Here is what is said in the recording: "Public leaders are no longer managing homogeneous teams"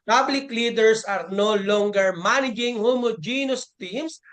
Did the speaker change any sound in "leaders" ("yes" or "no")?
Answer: yes